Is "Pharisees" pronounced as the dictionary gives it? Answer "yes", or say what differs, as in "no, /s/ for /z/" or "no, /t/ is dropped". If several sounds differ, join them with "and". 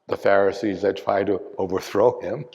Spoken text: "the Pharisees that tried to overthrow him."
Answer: yes